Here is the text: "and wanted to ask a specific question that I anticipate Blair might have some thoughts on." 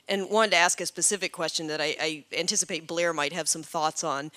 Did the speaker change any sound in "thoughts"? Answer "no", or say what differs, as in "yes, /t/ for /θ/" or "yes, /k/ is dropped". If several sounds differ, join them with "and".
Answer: no